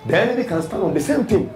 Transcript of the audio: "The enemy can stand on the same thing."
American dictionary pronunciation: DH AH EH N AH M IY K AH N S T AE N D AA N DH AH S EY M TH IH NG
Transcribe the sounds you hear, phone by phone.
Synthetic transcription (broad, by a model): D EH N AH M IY K AH N S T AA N AA N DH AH S EY M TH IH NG